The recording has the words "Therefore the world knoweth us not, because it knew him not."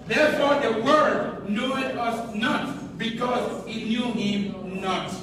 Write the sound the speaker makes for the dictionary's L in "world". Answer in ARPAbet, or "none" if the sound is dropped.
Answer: none